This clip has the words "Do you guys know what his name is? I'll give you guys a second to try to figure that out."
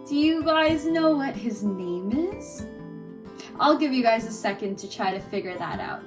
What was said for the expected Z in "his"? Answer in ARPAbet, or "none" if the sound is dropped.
Z